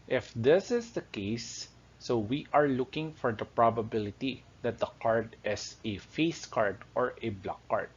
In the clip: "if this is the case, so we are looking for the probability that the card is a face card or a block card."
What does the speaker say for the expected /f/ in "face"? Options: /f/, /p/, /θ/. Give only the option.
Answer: /f/